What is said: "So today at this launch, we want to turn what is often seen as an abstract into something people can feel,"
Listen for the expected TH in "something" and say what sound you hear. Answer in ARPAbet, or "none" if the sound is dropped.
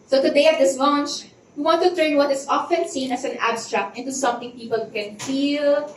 T